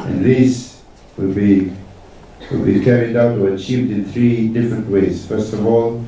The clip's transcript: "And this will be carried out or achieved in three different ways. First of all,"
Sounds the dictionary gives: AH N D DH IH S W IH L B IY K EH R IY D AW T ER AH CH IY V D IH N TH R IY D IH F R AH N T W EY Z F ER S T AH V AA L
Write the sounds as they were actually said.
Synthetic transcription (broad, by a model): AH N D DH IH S W IH L B IY K EH R IY D AW T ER AH CH IY V D IH N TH R IY D IH F R AH N T W EY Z F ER S T AH V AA L